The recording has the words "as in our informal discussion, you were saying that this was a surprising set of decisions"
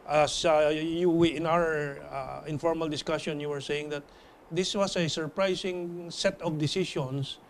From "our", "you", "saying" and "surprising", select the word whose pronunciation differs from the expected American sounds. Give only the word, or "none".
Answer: surprising